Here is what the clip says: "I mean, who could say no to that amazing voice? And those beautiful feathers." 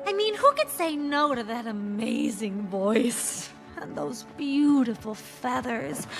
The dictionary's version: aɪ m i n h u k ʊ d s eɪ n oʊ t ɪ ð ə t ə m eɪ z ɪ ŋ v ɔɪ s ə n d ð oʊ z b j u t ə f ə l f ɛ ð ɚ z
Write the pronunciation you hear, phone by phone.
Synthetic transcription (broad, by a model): aɪ m i n h u k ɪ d s eɪ n oʊ t ɪ ð ə t ə m eɪ z ɪ ŋ v ɔɪ s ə n ð oʊ z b j u t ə f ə l f ɛ ð ɚ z